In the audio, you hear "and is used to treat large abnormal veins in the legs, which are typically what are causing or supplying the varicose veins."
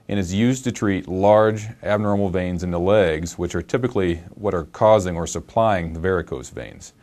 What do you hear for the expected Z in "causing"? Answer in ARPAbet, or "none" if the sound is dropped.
Z